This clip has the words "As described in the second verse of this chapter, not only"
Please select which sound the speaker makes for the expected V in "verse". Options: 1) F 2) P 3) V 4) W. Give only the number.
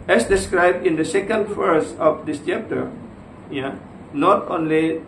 1